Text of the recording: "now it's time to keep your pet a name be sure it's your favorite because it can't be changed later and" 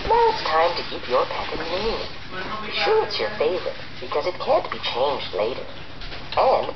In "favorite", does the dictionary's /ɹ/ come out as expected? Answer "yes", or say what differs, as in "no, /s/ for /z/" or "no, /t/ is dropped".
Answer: no, /ɹ/ is dropped